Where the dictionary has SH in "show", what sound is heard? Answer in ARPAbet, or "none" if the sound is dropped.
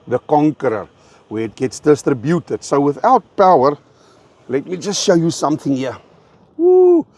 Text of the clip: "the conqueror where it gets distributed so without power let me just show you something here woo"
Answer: SH